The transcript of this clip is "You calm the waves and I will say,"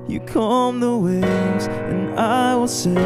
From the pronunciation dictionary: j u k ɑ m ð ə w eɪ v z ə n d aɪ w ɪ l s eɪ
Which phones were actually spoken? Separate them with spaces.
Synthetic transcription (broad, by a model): j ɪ k ɑ m ð ə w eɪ z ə n aɪ w ɪ l s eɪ